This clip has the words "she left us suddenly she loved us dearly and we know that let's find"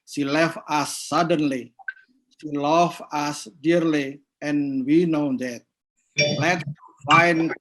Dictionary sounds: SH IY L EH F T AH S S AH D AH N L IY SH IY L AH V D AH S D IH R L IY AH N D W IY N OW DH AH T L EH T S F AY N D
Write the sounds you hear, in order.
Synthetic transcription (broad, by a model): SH IY L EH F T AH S S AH D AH N L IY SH IY L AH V AH S D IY R L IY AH N W IY N OW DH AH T L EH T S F AY N